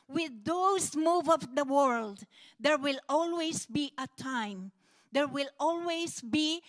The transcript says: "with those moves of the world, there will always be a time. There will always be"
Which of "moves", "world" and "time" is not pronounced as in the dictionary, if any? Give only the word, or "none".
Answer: moves